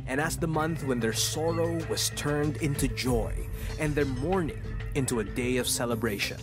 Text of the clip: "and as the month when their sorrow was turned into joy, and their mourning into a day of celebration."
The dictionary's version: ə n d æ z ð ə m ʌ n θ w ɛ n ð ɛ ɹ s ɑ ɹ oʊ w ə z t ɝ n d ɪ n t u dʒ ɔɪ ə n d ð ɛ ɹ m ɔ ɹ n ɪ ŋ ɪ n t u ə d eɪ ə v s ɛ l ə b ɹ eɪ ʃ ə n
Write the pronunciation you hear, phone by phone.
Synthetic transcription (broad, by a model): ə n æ s ð ə m ʌ n θ w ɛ n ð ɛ ɹ s ɑ ɹ oʊ w ə z t ɝ n d ɪ n t u dʒ ɔɪ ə n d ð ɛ ɹ m ɔ ɹ n ɪ ŋ ɪ n t u ə d eɪ ə v s ɛ l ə b ɹ eɪ ʃ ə n